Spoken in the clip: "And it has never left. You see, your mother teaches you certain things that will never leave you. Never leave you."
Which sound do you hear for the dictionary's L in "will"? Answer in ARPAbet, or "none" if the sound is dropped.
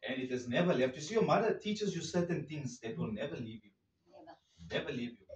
L